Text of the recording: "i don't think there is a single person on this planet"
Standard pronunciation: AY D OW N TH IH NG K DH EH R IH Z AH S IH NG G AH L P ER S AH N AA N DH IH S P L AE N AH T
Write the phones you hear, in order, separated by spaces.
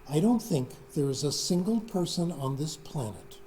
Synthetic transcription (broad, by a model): AY D OW N TH IH NG K DH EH R IH Z AH S IH NG G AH L P ER S AH N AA N DH IH S P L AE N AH T